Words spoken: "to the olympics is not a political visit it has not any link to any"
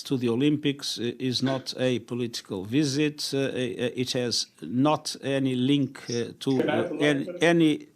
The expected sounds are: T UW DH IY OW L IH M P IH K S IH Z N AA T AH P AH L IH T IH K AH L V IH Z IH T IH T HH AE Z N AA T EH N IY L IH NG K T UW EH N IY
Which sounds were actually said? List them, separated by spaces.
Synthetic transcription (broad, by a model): T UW DH IY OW L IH M P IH K S IH Z N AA T AH P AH L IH T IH K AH L V IH Z IH T IH T HH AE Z N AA T EH N IY L IH NG K T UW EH N IY